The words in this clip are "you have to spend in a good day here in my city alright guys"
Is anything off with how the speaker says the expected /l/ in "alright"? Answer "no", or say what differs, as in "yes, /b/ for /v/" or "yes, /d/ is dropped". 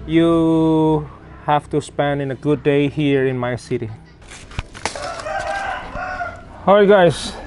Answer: yes, /l/ is dropped